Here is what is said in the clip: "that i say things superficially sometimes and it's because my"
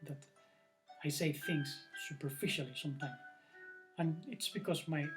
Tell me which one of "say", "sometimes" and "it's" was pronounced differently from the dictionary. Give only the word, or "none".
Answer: sometimes